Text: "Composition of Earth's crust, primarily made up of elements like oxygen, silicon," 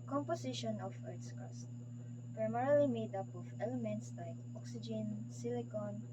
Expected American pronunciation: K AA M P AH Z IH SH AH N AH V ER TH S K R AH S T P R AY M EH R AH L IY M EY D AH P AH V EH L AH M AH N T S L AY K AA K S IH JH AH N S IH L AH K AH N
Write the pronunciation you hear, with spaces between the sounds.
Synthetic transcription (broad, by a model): K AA M P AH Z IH SH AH N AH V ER T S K AH S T P R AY M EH R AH L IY M EY D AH P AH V EH L AH M AH N T S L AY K AA K S IH JH AH N S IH L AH K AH N